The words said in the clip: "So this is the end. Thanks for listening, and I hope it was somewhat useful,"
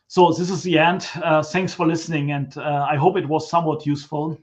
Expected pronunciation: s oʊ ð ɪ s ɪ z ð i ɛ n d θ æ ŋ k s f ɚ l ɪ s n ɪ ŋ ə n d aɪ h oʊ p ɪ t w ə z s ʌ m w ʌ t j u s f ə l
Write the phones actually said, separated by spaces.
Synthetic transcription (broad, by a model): s oʊ ð ɪ s ɪ z ð i ɛ n d θ æ ŋ k s f ɚ l ɪ s n ɪ ŋ ə n d aɪ h oʊ p ɪ t w ə z s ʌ m w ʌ t j u s f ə l